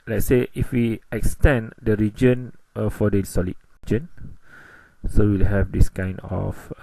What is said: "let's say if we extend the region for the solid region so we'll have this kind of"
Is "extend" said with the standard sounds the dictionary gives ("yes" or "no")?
yes